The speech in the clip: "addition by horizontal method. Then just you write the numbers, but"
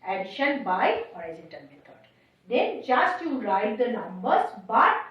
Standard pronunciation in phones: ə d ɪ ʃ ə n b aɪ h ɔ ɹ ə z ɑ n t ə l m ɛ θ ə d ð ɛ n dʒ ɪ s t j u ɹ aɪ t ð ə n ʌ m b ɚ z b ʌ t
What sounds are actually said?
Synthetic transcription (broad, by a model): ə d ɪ ʃ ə n b aɪ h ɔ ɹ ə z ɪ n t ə n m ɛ t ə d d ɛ n dʒ ɪ s t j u ɹ aɪ t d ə n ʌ m b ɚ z b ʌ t